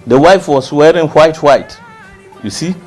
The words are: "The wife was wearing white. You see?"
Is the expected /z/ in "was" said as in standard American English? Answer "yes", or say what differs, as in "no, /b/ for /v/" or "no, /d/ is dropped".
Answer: no, /s/ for /z/